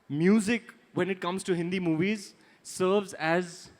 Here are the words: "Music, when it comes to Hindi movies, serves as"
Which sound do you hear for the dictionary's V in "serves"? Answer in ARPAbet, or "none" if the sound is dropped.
V